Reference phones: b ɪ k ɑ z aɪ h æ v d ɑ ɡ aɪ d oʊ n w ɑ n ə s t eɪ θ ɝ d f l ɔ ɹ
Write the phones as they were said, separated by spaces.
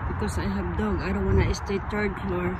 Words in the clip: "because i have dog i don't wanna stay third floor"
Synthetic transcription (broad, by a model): b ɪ k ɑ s aɪ h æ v d ɑ ɡ aɪ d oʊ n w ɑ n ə s t eɪ t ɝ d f l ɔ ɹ